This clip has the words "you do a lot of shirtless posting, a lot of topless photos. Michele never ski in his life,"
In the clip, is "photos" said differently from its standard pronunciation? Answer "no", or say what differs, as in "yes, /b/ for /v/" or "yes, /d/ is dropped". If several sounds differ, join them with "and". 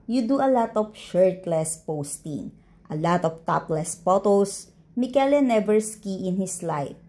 yes, /p/ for /f/ and /s/ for /z/